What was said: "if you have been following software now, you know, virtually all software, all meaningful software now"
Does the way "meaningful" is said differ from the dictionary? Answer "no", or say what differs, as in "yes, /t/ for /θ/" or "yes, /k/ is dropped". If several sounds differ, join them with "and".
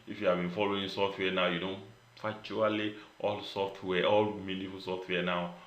yes, /ŋ/ is dropped